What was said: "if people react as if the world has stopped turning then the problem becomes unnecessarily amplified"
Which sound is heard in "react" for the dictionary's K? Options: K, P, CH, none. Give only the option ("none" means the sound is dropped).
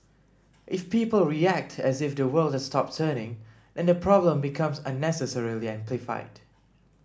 K